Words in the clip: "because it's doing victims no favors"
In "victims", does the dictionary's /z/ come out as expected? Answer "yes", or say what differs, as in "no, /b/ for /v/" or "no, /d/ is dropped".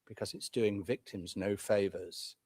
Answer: yes